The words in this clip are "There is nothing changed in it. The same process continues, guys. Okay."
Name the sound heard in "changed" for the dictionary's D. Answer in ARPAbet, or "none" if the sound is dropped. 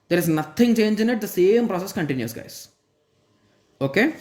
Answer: none